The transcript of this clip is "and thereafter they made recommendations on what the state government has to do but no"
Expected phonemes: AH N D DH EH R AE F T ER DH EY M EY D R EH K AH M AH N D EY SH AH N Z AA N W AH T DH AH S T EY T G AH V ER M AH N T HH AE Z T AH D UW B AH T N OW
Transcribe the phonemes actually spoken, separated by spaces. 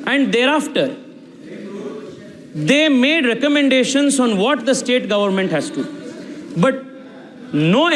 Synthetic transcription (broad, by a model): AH N D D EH R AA F T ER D EY M EY D R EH K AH M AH N D EY SH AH N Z AA N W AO T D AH S T EY T G AH V ER M AH N T HH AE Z T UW B AH T N OW